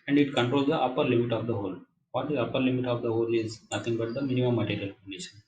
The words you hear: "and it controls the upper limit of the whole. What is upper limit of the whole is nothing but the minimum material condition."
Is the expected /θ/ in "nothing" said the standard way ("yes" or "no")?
no